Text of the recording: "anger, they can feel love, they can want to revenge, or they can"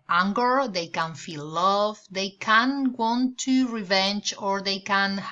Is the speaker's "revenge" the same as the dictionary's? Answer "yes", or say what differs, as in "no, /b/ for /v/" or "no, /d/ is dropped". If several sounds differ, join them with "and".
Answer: yes